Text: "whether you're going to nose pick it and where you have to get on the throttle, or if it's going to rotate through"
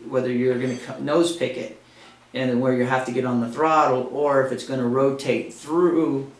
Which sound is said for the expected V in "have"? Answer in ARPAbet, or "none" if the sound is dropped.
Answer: F